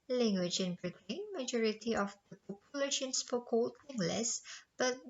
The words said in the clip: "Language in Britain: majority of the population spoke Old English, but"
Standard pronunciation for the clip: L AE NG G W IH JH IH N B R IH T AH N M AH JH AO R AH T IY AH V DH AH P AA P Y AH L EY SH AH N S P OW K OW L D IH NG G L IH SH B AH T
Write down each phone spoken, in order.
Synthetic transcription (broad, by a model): L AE NG G W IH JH IH N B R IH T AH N M AH JH AO R AH T IY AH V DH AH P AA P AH L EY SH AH N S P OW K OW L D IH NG G L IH S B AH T